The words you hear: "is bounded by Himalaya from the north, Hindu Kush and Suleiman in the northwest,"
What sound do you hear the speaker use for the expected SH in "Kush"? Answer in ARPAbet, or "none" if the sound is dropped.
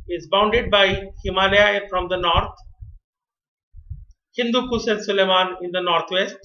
S